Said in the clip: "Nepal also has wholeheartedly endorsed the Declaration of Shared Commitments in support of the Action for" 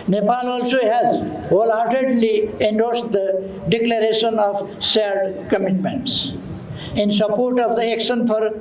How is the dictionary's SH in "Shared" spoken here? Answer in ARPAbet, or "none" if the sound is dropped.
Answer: S